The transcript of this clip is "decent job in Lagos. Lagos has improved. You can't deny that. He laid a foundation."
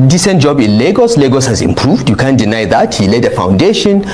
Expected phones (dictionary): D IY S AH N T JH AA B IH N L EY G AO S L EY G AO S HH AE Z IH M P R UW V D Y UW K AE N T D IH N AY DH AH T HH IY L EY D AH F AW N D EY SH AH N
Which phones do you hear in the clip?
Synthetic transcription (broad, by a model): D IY S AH N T JH AA B IH N L EY G AO S L EY G AO S HH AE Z IH M P R UW V D Y UW K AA N D IH N AY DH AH T HH IY L EY D AH F AW N D EY SH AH N